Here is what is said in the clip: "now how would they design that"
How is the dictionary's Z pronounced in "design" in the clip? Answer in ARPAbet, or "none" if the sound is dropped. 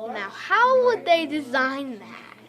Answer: Z